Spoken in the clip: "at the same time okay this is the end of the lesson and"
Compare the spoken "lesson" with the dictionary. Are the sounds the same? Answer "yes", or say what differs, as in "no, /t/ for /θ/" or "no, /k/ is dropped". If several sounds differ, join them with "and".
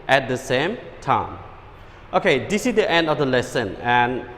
yes